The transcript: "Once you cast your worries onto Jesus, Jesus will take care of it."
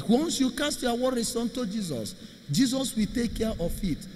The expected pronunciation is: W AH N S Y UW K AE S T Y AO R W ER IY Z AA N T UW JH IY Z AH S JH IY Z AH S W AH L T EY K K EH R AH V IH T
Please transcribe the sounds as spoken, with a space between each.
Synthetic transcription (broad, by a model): W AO N S Y UW K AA S T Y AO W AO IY S AA N T UW JH IY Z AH S JH IY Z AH S W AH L T EY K K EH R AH F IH T